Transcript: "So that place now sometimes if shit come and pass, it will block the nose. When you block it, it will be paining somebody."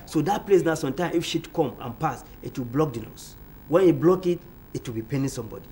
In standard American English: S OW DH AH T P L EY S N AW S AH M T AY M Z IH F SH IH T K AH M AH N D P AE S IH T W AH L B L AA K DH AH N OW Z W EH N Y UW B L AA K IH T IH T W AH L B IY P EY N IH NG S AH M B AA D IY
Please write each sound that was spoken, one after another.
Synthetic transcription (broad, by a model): S OW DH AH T P L EY S N AW S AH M T AY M IH F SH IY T K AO M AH N P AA S IH T W AH L B L AA K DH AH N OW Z W EH N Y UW B L AA K IH T IH T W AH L B IY P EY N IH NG S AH M B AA D IY